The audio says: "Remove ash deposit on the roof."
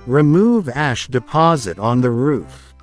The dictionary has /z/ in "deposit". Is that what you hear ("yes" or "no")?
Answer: yes